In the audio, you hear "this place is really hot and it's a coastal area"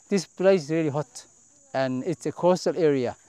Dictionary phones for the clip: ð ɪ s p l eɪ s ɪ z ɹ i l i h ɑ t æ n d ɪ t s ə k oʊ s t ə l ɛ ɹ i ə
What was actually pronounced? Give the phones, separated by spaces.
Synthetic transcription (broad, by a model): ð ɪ s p l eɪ ɪ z ɹ i l i h ɑ t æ n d ɪ t s ə k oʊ s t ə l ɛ ɹ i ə